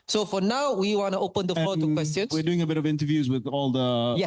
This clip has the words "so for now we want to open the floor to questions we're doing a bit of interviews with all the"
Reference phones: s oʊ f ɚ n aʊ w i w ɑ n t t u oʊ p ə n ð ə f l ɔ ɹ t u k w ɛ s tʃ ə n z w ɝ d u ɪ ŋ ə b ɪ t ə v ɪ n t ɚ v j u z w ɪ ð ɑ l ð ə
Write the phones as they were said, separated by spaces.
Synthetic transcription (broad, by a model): s oʊ f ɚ n aʊ w i w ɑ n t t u oʊ p ə n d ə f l ɔ t u k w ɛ s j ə n w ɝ d u ɪ ŋ ə b ɪ t ə v ɪ n t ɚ v j u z w ɪ ð ɑ l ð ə